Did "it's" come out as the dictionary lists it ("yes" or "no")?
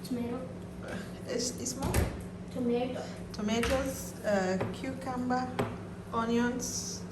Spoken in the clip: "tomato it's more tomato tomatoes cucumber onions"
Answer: no